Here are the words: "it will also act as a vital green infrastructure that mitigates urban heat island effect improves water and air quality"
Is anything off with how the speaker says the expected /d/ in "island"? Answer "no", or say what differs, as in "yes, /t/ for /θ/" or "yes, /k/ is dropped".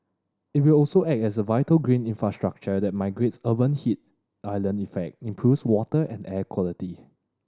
yes, /d/ is dropped